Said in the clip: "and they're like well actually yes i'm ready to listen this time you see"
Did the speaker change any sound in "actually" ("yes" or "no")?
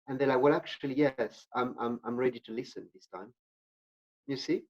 no